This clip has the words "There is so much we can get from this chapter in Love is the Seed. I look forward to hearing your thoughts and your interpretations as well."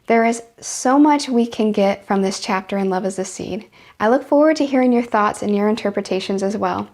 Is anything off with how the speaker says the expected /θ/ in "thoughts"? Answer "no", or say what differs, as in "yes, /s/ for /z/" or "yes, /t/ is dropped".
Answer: no